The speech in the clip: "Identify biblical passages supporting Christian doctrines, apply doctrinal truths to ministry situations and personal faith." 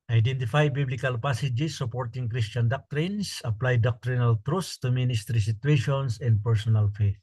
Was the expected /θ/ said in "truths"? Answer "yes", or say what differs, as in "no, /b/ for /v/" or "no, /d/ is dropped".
no, /s/ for /θ/